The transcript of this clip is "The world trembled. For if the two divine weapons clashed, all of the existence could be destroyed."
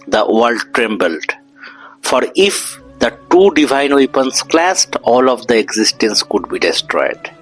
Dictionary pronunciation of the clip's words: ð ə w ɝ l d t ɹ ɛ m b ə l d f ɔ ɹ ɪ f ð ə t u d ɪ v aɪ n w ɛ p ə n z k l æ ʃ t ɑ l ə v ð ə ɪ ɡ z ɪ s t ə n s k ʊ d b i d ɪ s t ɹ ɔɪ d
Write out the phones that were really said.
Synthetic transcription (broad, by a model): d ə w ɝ l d t ɹ ɛ m b ə l d f ɔ ɹ ɪ f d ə t u d ɪ v aɪ n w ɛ p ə n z k l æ s t ɑ l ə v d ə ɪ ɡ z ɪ s t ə n s k ʊ d b i d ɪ s t ɹ ɔɪ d